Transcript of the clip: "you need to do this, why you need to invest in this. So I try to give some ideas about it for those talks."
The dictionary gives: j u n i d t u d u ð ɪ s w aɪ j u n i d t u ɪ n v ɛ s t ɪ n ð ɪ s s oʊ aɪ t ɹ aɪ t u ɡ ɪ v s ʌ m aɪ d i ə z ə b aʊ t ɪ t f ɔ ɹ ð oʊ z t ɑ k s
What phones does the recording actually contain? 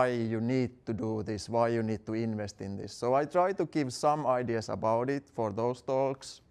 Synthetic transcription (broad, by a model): j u n i d t u d u ð ɪ s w aɪ j u n i d t u ɪ n v ɛ s t ɪ n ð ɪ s s oʊ aɪ t ɹ aɪ t u ɡ ɪ v s ʌ m aɪ d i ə s ə b aʊ t ɪ t f ɔ ɹ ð oʊ s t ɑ k s